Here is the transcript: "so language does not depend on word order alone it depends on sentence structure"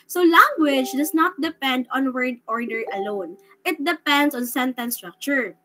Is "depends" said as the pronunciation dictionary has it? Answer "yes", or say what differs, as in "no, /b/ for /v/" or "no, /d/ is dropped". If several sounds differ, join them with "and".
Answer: no, /s/ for /z/